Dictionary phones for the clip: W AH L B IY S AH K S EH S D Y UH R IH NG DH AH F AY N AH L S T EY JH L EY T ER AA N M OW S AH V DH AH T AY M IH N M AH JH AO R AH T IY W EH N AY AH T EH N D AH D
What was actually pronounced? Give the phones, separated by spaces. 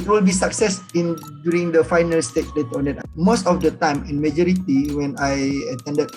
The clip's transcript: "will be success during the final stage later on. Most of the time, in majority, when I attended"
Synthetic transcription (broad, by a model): W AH L B IY S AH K S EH S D Y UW R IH NG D AH F AY N AH L S T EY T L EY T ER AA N M OW S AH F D AH T AY M IH N M AH JH AO R AH T IY W EH N AY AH T EH N D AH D